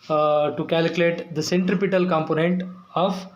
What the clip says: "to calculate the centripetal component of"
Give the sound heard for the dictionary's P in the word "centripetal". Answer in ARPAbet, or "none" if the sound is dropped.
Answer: P